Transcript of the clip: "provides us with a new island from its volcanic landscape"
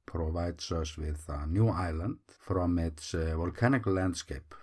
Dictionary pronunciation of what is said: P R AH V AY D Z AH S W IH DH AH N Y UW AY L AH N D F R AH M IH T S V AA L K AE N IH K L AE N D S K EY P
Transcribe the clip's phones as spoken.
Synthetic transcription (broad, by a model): P R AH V AY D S AH S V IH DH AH N Y UW AY L AH N D F R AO M IH T S V AA L K AE N IH K L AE N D S K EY P